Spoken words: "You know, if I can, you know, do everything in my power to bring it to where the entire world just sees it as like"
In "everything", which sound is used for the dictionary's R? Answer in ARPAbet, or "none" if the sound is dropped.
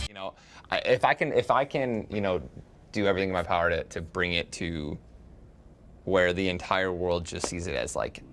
R